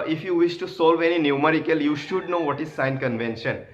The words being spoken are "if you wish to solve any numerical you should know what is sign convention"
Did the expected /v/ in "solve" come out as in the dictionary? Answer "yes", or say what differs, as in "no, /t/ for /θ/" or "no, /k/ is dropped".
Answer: yes